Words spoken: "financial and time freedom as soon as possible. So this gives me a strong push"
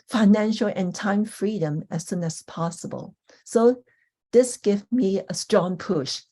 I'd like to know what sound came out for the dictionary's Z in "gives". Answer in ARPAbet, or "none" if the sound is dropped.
none